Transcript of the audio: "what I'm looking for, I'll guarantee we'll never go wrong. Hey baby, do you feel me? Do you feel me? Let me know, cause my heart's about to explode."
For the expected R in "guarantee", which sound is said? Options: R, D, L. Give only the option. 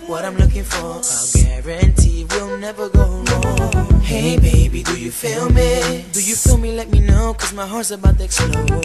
R